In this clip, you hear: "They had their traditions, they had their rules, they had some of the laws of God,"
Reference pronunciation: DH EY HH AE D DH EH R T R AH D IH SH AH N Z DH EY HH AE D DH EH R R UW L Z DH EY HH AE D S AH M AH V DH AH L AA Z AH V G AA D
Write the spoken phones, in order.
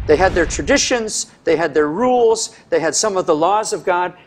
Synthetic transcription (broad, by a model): DH EY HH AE D DH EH R T R AH D IH SH AH N Z DH EY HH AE D DH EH R R UW L Z DH EY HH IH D S AH M AH V DH AH L AA Z AH V G AA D